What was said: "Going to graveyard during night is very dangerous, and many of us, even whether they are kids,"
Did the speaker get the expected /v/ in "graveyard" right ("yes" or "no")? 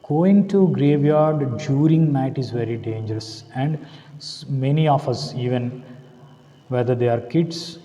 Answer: yes